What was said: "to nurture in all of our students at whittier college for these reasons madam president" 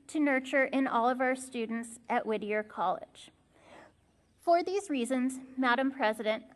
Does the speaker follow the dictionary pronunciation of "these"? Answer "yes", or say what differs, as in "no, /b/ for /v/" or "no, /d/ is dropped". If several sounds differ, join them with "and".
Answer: yes